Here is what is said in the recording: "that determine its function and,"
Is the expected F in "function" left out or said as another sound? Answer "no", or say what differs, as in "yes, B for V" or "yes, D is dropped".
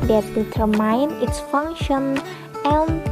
no